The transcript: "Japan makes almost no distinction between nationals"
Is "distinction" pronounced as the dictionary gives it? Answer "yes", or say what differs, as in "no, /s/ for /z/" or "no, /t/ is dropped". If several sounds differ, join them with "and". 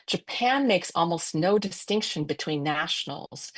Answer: yes